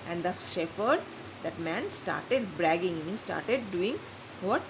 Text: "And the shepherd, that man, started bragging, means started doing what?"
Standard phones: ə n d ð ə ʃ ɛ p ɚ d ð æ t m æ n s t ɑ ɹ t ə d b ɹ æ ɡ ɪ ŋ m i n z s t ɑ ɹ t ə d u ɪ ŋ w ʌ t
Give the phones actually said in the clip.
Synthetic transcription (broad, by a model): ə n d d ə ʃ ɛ f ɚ d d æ t m æ n s t ɑ ɹ t ə d b ɹ æ ɡ ɪ ŋ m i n s t ɑ ɹ t ə d u ɪ ŋ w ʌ t